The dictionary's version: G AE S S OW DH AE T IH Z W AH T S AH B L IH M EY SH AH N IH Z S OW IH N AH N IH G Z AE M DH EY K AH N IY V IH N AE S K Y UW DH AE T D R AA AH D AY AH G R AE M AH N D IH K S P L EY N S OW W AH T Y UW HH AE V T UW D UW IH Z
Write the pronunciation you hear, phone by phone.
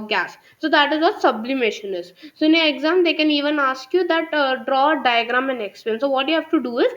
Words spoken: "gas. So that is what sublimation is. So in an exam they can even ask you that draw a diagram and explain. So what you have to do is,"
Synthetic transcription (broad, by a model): G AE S S OW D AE T IH Z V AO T S AH B L IH M EY SH AH N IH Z S OW IH N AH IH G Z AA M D EY K AH N IY V IH N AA S K Y UW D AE T D R AA D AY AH G R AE M AH N D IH K S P EY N S OW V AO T Y UW HH AE V T UW D UW IH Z